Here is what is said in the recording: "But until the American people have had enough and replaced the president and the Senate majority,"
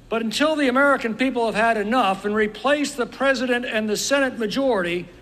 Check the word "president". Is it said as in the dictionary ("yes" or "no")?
yes